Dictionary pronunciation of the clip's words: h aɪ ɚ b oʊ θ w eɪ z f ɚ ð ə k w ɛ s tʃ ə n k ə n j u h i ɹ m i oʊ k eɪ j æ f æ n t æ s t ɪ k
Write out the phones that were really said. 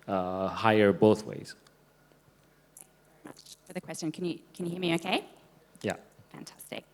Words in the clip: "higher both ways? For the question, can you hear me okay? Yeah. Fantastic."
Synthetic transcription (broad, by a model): h aɪ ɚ b oʊ θ w eɪ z f ɚ ð ə k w ɛ s tʃ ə n k ə n j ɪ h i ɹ m i oʊ k eɪ j æ f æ n t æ s t ɪ k